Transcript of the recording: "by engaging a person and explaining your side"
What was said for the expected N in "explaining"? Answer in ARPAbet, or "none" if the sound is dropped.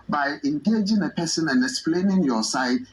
N